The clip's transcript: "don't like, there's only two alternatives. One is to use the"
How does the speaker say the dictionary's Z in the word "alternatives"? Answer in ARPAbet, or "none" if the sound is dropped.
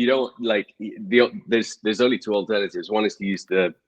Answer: Z